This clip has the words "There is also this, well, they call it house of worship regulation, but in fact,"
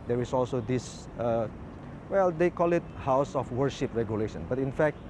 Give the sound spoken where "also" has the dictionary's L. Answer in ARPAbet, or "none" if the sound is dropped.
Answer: L